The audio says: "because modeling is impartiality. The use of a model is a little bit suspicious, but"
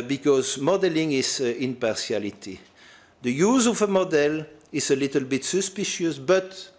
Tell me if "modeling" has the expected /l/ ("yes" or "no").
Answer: yes